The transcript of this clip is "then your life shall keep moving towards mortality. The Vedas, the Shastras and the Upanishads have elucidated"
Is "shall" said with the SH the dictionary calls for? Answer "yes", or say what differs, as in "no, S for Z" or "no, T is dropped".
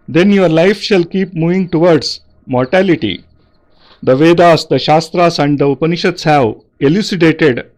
yes